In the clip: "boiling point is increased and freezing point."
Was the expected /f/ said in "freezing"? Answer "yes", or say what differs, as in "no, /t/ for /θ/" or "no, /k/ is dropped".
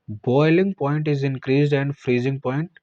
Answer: yes